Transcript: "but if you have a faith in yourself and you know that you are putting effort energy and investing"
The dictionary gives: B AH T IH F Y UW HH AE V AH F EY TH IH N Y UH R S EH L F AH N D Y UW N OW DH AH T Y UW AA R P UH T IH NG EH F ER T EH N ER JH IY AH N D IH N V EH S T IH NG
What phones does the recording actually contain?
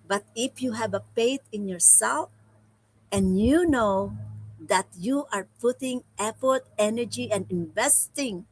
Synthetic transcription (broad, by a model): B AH T IH F Y UW HH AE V AH P EY T IH N Y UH R S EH L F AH N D Y UW N OW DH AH T Y UW AA R P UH T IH NG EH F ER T EH N ER JH IY AH N D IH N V EH S T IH NG